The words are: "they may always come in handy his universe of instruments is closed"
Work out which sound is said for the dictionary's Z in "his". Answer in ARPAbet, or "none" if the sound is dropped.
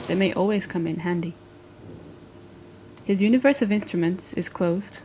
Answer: Z